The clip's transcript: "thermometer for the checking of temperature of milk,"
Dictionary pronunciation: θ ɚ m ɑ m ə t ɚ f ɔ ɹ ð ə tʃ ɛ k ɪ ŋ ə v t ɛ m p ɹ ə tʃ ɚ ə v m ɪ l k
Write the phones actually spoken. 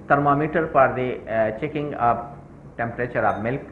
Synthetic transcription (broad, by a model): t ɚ m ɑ m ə t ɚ p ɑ ɹ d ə tʃ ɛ k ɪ ŋ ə p t ɛ m p ɹ ə tʃ ɚ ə b m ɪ l k